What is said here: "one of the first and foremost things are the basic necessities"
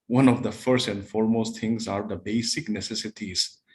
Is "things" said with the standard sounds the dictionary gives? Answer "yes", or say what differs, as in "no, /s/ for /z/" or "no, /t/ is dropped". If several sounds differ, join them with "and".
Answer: no, /t/ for /θ/